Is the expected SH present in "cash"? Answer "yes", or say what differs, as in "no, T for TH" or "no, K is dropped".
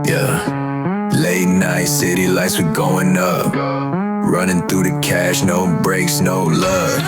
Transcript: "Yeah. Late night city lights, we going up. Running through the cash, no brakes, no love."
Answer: yes